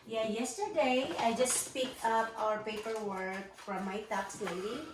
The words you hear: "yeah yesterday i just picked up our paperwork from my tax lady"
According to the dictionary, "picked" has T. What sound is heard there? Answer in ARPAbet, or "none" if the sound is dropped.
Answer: none